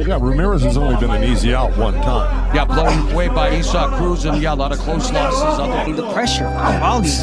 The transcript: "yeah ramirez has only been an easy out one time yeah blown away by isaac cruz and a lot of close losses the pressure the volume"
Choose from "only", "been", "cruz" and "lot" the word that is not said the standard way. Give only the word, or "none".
none